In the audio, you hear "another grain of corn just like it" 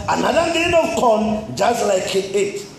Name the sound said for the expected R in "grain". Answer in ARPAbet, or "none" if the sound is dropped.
none